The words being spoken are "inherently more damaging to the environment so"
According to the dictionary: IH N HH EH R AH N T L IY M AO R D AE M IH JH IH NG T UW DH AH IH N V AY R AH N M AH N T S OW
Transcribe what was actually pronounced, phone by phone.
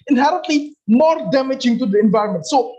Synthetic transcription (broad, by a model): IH N HH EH R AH N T L IY M AO R D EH M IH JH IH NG T UW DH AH IH N V AY R AH N M AH N T S OW